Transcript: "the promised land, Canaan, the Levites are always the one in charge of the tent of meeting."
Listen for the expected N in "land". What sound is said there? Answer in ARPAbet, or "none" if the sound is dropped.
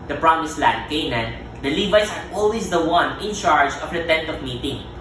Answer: none